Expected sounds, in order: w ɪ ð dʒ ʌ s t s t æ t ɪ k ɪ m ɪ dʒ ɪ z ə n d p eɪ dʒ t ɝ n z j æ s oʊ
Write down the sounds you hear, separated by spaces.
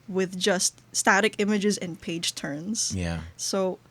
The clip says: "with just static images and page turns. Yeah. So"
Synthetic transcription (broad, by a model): w ɪ ð dʒ ʌ s t s t æ t ɪ k ɪ m ɪ dʒ ɪ z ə n p eɪ dʒ t ɝ n z j æ s oʊ